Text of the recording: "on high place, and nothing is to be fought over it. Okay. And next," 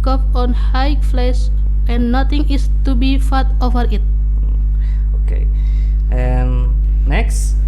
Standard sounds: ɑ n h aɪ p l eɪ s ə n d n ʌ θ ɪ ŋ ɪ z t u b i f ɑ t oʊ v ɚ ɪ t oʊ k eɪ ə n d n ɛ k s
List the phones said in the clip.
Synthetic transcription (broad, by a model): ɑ n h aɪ f l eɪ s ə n n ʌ t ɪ ŋ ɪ s t u b i f ɑ t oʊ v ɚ ɪ t oʊ k eɪ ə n n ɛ k s